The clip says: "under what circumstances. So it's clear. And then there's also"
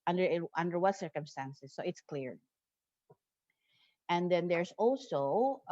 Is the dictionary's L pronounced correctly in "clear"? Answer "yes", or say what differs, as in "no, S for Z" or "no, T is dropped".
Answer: yes